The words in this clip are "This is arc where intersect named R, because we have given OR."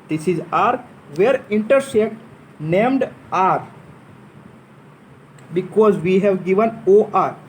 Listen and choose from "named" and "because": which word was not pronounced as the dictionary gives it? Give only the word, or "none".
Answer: none